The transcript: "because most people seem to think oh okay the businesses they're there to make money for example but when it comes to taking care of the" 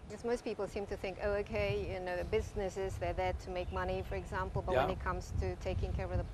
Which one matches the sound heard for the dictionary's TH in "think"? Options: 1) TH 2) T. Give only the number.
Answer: 1